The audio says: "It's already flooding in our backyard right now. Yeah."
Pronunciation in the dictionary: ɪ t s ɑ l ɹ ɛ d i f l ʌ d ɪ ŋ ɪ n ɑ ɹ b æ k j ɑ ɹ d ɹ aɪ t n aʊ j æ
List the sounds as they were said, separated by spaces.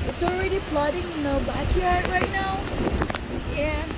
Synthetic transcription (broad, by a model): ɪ t s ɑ l ɹ ɛ d i p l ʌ d ɪ ŋ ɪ n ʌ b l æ k j ɑ ɹ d ɹ aɪ t n aʊ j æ